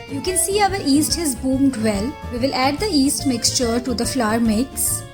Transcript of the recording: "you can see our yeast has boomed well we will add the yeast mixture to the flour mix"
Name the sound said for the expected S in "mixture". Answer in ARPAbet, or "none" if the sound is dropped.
S